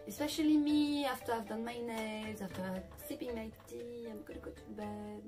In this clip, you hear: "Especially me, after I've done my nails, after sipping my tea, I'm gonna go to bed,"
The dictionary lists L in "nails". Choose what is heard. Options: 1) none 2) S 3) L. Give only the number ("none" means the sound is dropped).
1